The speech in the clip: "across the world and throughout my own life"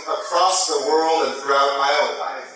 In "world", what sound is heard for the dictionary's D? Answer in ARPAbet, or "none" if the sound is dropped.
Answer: D